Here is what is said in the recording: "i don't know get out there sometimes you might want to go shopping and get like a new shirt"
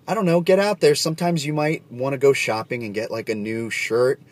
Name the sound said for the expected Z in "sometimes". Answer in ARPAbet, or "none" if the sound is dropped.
Z